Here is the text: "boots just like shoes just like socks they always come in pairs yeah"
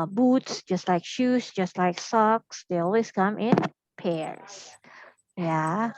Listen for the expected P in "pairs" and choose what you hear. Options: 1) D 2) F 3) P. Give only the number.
3